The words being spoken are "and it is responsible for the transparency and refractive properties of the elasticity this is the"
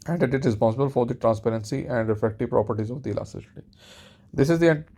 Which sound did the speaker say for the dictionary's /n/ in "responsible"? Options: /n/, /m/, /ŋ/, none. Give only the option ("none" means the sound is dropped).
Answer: none